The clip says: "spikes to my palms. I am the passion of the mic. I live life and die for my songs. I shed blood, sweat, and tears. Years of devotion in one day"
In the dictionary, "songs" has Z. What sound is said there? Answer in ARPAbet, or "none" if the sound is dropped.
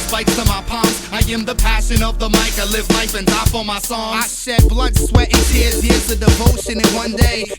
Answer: none